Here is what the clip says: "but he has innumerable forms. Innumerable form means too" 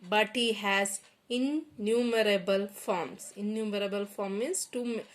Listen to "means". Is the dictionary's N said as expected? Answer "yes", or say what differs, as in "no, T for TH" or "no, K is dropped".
no, N is dropped